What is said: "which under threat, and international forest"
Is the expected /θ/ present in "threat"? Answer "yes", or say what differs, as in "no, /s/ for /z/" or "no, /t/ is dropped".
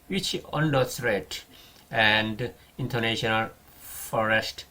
no, /s/ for /θ/